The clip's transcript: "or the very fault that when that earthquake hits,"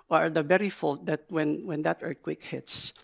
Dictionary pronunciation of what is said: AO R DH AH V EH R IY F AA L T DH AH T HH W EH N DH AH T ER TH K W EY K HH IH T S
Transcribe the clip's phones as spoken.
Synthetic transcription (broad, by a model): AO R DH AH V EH R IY F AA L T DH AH T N W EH N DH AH T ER T K W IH K HH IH T S